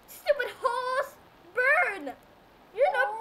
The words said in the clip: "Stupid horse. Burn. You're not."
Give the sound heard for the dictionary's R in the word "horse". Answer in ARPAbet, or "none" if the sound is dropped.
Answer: L